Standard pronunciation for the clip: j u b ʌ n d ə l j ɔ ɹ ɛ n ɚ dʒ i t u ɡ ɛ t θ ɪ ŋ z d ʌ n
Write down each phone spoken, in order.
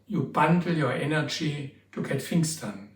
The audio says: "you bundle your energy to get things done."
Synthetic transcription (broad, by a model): j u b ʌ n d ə l j ɔ ɹ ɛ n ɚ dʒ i t u ɡ ɛ t f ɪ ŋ s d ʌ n